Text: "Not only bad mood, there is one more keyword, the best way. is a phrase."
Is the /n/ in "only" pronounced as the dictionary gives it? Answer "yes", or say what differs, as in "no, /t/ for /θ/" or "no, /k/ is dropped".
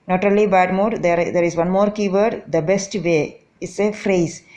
no, /n/ is dropped